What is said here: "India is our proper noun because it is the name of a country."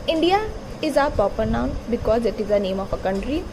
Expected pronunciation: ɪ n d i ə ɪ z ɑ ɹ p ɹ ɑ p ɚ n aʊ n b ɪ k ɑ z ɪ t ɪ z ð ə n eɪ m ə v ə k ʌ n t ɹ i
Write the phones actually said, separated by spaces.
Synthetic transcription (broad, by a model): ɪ n d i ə ɪ z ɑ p ɑ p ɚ n aʊ n b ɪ k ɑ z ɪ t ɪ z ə n eɪ m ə f ə k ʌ n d ɹ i